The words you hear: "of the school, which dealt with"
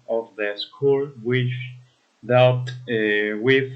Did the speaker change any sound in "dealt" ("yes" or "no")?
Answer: yes